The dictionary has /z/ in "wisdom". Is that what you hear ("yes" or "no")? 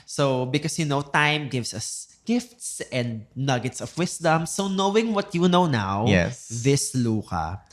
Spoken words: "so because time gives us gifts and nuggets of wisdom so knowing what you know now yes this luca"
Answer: no